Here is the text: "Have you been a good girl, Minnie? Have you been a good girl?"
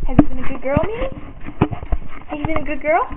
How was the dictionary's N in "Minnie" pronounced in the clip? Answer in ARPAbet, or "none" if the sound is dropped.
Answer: none